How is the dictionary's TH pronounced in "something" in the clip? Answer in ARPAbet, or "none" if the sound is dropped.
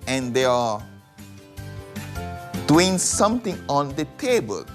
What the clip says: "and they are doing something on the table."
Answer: T